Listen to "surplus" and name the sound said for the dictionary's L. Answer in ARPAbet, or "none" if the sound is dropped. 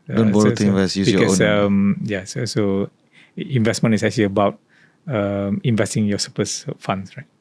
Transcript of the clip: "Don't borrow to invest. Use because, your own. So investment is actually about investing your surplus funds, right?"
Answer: none